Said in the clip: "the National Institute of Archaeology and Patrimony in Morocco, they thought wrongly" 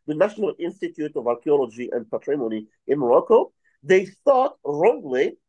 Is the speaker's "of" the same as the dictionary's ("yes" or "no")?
yes